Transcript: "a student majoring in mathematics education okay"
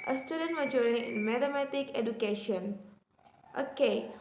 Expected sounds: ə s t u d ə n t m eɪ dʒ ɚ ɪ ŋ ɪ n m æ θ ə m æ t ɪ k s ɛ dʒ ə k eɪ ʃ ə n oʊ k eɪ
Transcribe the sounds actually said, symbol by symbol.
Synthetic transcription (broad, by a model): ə s t u d ə n t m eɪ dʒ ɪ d ɪ n m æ t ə m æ t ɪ k ɛ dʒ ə k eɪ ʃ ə n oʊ k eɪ